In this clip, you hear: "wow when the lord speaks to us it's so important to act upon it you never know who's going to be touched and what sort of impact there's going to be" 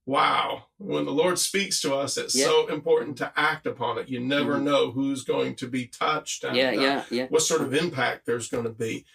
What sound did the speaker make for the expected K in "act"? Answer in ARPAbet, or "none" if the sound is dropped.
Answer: K